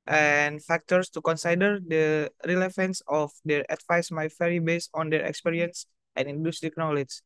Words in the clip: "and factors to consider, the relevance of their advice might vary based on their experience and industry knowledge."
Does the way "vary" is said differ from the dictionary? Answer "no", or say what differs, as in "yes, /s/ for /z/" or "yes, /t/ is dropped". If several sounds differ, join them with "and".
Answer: yes, /f/ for /v/